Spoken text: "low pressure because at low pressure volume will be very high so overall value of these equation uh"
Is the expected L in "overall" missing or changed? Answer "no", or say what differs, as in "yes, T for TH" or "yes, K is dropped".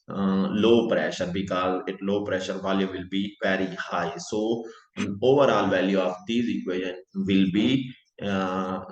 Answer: no